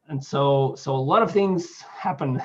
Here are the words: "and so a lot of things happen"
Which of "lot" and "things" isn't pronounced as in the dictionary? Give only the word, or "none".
none